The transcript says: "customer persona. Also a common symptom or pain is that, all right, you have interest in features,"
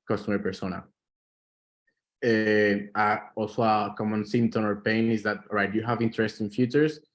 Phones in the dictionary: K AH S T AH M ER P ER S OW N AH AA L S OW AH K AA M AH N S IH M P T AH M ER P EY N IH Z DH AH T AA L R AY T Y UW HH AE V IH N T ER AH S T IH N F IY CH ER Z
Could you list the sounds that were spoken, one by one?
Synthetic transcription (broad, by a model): K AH S T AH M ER P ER S OW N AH AA L S OW AH K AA M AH N S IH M T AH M ER P EY N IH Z DH AH T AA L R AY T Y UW HH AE V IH N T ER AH S T IH N F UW CH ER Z